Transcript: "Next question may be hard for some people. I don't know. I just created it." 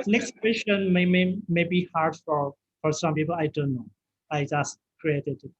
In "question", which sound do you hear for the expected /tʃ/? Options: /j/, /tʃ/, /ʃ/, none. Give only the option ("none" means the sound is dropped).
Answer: /ʃ/